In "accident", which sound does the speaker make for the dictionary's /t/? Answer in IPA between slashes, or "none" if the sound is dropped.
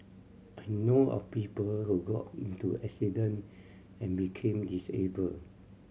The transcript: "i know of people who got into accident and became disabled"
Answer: none